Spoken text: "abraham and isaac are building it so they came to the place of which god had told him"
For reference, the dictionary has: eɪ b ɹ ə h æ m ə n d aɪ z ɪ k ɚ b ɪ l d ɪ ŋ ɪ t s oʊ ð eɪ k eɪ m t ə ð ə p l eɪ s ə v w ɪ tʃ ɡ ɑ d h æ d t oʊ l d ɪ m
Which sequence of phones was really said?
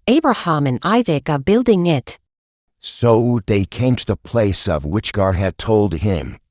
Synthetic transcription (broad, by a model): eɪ b ɹ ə h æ m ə n aɪ z ɪ k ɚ b ɪ l d ɪ ŋ ɪ t s oʊ ð eɪ k eɪ m t ə ð ə p l eɪ s ə v w ɪ tʃ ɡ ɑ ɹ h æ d t oʊ l d ɪ m